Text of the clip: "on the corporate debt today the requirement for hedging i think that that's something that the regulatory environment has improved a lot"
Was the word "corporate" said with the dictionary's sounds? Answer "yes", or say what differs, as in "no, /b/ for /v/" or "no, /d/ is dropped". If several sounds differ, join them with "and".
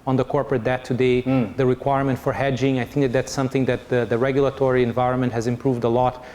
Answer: yes